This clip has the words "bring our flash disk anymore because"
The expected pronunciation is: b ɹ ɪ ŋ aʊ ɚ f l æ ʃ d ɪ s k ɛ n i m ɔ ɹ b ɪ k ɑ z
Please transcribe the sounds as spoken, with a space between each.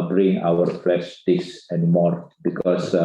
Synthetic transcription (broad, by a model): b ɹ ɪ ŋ aʊ ɚ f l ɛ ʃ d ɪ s ɛ n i m ɔ ɹ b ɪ k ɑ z